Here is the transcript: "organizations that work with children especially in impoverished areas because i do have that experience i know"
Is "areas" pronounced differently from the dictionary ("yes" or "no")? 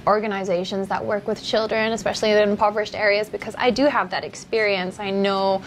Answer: no